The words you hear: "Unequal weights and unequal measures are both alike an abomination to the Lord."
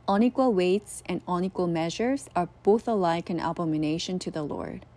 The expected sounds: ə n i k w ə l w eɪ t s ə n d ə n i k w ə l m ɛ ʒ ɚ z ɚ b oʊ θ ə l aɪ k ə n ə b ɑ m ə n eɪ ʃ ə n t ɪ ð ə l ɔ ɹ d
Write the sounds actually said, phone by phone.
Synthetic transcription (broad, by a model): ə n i k w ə l w eɪ t s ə n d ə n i k w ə l m ɛ ʒ ɚ z ɚ b oʊ θ ə l aɪ k ə n ə b ɑ m ə n eɪ ʃ ə n t ɪ ð ə l ɔ ɹ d